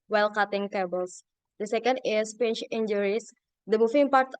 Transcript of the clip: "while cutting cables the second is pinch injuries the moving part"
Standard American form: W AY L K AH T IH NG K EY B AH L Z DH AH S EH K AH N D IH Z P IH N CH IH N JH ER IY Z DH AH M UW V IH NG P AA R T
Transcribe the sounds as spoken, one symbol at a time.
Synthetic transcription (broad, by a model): W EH L K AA T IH NG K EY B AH L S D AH S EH K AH N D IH S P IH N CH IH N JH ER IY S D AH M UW F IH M P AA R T